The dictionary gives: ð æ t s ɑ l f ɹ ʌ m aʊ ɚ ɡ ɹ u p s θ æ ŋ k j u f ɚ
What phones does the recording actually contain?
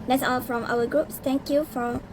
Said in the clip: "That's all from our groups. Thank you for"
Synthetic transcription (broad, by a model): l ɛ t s ɑ l f ɹ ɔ m aʊ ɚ ɡ ɹ u p s t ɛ ŋ k j u f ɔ